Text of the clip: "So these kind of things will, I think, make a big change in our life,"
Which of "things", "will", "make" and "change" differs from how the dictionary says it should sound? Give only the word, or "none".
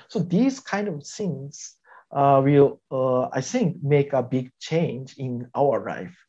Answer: things